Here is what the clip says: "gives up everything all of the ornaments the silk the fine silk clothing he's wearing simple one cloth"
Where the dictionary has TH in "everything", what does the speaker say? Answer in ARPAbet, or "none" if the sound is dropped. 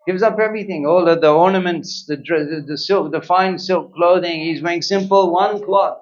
TH